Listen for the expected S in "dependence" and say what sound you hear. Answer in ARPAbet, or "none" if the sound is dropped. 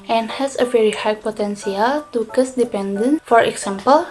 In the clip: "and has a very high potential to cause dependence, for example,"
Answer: none